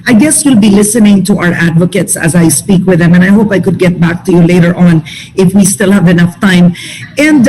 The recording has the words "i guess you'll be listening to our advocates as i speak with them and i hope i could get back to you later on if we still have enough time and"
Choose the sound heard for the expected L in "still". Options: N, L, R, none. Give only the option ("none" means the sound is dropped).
L